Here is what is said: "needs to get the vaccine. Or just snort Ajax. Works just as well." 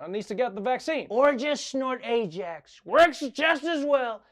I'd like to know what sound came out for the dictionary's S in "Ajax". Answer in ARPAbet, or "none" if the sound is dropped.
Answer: S